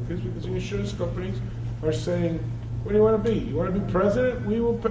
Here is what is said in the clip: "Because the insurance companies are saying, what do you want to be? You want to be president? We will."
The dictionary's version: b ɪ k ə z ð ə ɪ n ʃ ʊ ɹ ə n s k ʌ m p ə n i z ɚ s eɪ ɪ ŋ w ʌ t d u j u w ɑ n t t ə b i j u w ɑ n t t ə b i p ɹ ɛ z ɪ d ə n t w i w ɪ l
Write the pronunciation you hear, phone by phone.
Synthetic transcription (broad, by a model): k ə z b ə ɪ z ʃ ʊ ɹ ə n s k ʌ m p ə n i z ɚ s eɪ ɪ ŋ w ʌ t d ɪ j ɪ w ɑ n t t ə b i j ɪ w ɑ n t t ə b i p ɹ ɛ z ɪ d ə n t w i w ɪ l